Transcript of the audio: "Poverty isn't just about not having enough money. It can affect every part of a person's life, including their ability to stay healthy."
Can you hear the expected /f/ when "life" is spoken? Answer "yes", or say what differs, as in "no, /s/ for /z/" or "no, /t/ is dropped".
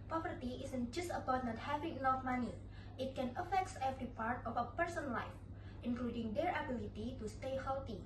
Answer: yes